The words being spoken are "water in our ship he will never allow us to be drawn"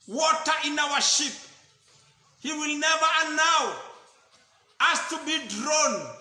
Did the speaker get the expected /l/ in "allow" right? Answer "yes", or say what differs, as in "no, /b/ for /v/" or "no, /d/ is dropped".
no, /n/ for /l/